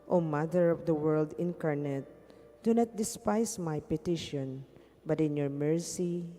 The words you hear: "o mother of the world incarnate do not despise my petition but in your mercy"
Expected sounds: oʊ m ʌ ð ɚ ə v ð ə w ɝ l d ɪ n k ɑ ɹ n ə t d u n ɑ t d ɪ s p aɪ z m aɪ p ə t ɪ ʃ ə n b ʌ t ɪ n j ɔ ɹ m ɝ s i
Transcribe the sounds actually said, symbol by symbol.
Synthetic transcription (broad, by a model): oʊ m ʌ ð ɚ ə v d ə w ɝ l d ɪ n k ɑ ɹ n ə t d u n ɑ t d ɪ s p aɪ s m aɪ p ə t ɪ ʃ ə n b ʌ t ɪ n j ɔ ɹ m ɝ s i